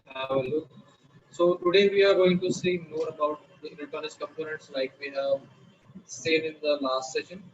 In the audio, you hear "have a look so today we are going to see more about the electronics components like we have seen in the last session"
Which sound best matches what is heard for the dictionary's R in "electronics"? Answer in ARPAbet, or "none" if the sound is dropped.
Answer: none